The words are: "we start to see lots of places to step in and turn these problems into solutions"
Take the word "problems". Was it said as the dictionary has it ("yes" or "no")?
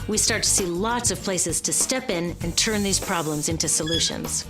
yes